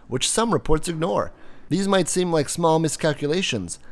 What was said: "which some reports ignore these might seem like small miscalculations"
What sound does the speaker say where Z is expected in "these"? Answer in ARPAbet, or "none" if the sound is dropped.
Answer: Z